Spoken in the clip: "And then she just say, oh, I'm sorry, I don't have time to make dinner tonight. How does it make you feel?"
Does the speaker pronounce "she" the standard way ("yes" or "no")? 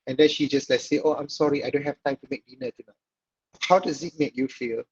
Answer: yes